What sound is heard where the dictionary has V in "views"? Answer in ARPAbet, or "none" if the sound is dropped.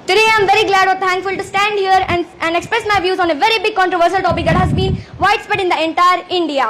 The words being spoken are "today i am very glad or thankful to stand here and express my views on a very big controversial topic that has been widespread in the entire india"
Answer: V